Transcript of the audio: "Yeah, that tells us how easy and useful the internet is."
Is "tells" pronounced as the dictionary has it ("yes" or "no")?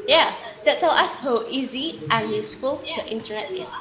no